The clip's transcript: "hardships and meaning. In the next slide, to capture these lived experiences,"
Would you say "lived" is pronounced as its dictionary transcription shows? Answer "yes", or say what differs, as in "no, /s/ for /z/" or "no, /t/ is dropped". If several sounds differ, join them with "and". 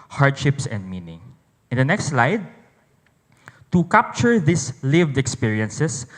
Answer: yes